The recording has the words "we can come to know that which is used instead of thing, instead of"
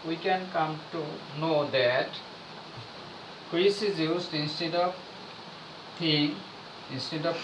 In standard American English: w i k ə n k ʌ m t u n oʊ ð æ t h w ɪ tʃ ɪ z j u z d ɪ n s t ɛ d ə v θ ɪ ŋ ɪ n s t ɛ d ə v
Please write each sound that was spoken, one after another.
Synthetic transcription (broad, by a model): w i k ə n k ʌ m t u n oʊ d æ t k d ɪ s ɪ z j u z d ɪ n s t ɛ d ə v t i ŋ ɪ n s t ɛ d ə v